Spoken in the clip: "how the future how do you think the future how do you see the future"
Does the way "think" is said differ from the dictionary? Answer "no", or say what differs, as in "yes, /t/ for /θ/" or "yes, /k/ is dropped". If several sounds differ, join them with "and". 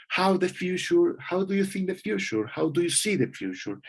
no